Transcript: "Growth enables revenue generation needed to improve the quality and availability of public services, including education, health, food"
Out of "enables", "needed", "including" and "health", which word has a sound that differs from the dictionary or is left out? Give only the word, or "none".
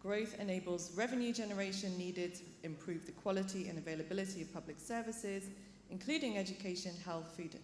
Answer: none